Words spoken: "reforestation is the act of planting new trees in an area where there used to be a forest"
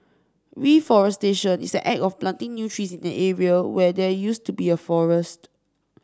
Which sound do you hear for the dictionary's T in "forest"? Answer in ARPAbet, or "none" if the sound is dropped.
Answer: T